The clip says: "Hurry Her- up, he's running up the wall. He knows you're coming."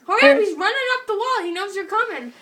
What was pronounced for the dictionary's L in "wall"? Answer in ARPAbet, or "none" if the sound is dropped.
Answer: L